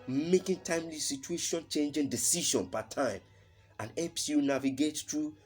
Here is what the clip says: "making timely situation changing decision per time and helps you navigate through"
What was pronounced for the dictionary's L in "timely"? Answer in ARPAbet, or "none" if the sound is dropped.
L